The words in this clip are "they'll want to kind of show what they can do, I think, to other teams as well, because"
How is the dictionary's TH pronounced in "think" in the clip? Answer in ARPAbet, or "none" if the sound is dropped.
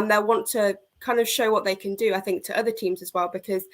TH